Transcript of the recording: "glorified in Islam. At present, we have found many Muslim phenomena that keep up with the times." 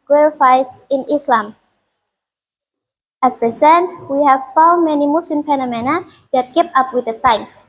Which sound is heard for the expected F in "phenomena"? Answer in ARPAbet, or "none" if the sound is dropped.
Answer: P